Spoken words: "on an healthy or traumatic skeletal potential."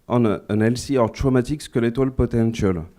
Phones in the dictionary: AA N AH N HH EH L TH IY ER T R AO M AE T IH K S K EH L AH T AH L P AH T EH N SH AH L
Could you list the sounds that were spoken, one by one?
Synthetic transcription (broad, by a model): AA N AH N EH L S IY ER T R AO M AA T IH K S K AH L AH T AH L P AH T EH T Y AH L